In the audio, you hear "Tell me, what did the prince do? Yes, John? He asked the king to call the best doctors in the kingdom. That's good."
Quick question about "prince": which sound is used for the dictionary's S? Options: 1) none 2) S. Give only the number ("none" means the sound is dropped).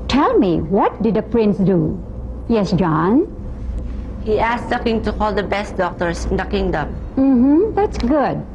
2